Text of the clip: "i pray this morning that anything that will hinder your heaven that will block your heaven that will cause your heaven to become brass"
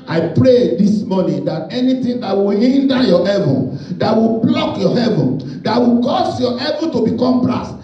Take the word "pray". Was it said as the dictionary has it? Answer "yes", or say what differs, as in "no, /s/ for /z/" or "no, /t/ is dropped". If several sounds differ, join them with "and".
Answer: yes